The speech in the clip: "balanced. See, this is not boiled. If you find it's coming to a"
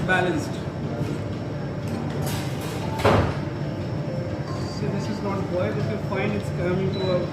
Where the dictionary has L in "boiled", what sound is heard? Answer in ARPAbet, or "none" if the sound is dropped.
none